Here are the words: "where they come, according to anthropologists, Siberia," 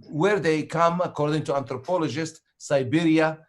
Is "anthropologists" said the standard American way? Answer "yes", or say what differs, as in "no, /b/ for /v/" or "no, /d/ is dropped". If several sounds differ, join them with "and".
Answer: no, /t/ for /θ/